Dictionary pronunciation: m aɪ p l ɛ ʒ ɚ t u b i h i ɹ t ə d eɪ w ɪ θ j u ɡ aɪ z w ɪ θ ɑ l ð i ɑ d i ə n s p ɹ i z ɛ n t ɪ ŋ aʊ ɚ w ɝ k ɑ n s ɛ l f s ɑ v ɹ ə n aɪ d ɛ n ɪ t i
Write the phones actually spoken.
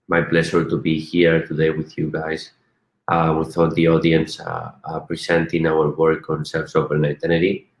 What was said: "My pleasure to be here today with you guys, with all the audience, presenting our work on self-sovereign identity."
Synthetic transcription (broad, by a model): m aɪ p l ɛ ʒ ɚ t u b i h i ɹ t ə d eɪ w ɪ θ j u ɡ aɪ s w ɪ θ ɑ l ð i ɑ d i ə n s p ɹ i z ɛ n t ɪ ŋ aʊ ɚ w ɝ k ɑ n s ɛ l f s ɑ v ə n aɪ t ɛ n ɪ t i